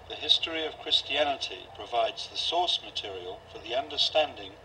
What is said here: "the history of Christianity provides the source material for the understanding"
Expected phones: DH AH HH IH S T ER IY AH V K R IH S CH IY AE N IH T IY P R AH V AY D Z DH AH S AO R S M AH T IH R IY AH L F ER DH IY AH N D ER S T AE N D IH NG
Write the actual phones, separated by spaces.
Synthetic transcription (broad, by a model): DH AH HH IH S T ER IY AH V K R IH S CH IY AE N IH T IY P R AH V AY D Z DH AH S AO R S M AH T IH R IY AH L F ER DH IY AH N D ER S T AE N D IH NG